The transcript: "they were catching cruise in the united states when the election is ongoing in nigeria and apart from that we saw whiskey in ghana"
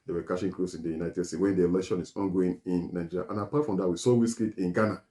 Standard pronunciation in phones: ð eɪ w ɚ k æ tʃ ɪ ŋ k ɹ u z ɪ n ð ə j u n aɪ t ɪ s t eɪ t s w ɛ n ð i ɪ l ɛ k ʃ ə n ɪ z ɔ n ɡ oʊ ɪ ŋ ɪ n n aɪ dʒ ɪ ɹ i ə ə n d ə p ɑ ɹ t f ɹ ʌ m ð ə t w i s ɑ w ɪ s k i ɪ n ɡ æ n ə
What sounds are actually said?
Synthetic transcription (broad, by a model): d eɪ w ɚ k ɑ ʃ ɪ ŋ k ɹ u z ɪ n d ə j u n aɪ t ɪ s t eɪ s w ɛ n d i ɪ l ɛ k ʃ ə n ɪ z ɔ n ɡ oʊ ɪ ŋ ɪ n n aɪ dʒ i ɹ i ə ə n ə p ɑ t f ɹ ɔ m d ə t w i s ɑ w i s k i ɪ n ɡ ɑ n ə